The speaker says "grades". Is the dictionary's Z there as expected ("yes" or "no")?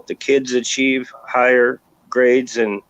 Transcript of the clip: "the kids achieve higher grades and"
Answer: yes